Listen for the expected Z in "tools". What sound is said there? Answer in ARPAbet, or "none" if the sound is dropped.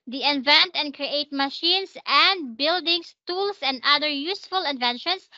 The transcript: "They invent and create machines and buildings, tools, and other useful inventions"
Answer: S